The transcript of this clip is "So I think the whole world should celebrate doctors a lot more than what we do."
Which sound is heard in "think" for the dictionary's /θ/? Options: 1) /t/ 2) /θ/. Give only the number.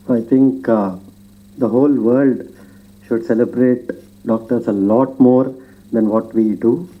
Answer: 1